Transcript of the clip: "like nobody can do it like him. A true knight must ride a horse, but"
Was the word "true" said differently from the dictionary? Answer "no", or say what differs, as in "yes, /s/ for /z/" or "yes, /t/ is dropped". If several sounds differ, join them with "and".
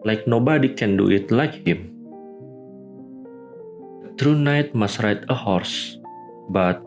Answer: no